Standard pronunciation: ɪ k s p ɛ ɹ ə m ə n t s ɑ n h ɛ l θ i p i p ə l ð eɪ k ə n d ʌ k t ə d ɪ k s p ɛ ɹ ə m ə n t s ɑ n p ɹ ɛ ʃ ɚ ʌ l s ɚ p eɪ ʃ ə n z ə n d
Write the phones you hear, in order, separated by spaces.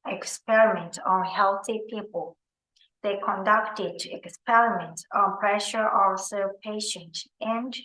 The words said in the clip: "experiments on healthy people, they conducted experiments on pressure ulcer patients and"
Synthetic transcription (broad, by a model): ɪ k s p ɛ ɹ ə m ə n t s ɑ n h ɛ l θ i p i p ə l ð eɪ k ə n d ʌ k t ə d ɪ k s p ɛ ɹ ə m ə n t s ɑ n p ɹ ɛ ʃ ɚ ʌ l s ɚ p eɪ ʃ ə n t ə n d